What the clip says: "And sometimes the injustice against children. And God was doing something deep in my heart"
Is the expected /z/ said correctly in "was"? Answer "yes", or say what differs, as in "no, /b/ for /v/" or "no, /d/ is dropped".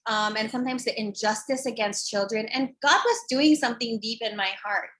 yes